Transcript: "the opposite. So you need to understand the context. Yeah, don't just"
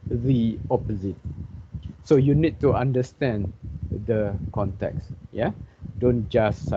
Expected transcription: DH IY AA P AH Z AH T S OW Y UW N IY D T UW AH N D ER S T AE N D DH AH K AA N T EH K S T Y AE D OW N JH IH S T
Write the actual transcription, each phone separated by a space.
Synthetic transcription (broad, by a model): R IY AA P AH Z AH T S OW Y UW N IY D T UW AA N D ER S T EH N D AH K AA N T EH K S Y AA D OW N JH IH S